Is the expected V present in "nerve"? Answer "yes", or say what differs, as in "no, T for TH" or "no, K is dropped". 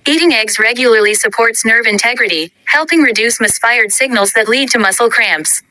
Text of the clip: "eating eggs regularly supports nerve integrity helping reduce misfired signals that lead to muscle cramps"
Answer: yes